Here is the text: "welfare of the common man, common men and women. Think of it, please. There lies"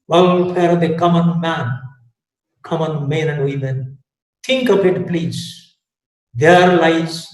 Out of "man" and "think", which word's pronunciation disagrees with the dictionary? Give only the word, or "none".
think